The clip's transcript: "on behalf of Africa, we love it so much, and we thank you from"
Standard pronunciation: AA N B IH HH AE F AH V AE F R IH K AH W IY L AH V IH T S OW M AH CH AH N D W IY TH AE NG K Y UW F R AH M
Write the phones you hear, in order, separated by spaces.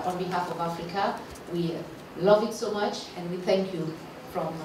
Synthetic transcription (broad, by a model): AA N B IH HH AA F AH V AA F R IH K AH W IY L AH V IH T S OW M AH CH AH N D W IY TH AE NG K Y UW F R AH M